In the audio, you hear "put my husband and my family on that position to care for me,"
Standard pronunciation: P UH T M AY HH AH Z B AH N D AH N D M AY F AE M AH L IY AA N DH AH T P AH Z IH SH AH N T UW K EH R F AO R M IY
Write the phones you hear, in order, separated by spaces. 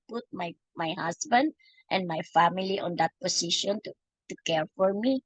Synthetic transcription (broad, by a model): P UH T M AY HH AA S B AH N D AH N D M AY F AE M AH L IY AA N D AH T P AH S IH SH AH N T UW K EH R F AO R M IY